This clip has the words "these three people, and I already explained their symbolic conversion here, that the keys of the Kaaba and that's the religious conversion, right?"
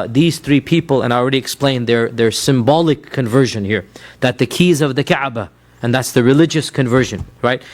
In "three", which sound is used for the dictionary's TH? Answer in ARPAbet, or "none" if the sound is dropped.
TH